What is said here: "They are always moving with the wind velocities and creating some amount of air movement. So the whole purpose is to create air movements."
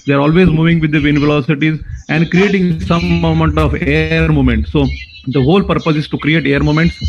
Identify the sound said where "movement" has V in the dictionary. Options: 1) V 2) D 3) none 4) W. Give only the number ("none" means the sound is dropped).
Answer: 3